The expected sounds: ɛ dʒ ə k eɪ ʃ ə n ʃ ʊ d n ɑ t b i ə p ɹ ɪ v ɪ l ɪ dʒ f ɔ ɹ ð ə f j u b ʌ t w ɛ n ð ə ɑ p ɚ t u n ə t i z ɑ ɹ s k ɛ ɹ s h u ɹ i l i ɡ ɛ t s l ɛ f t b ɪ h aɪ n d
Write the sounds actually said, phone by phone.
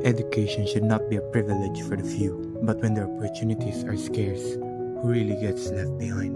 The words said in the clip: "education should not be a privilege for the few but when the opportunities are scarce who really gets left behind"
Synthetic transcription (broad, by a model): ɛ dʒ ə k eɪ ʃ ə n ʃ ʊ d n ɑ t b i ə p ɹ ɪ v ɪ l ɪ dʒ f ɔ ɹ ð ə f j u b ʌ t w ɛ n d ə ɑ p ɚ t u n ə t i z ɑ ɹ s k ɛ ɹ s h u ɹ i l i ɡ ɛ t s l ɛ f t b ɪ h aɪ n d